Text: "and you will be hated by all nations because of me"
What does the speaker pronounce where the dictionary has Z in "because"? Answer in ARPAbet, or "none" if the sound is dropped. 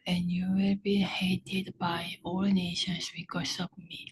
S